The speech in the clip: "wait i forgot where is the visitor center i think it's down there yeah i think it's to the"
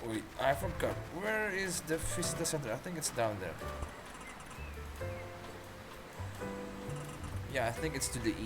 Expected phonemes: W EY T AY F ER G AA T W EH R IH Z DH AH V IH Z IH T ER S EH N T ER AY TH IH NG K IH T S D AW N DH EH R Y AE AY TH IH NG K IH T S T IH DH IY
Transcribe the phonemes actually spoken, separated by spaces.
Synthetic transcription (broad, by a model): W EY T AY F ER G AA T W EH R IH Z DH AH F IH S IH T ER S EH N T ER AY TH IH NG K IH T S D AW N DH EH R Y AE AY TH IH NG K IH T S T IH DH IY